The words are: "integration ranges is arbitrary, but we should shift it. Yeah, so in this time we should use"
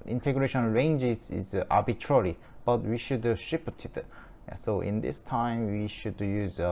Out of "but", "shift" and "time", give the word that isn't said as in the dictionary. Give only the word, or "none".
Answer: shift